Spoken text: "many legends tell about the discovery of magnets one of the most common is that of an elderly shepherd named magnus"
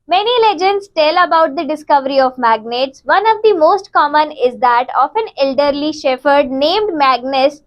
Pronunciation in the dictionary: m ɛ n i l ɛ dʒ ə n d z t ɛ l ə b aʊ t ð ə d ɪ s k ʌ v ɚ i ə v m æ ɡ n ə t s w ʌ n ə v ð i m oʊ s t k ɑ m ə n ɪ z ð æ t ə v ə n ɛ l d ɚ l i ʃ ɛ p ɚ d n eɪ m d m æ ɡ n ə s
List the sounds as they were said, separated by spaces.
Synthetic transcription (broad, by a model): m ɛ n i l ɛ dʒ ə n d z t ɛ l ə b aʊ t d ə d ɪ s k ʌ v ɚ i ə v m æ ɡ n ə t s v ʌ n ə v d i m oʊ s t k ɑ m ə n ɪ z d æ t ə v ə n ɛ l d ɚ l i ʃ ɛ f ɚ d n eɪ m d m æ ɡ n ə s